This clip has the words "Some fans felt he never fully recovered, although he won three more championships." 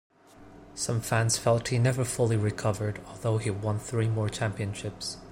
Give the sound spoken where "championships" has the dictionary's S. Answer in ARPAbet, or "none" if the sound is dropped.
S